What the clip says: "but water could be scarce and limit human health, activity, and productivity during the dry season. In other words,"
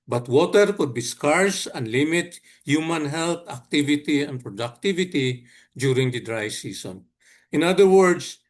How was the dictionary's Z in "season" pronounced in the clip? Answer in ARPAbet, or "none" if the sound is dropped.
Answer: S